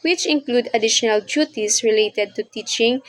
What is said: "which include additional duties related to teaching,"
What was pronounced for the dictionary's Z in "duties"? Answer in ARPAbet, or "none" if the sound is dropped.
S